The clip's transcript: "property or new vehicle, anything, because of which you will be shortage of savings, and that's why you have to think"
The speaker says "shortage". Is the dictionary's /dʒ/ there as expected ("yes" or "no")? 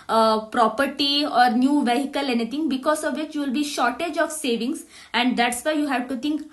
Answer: yes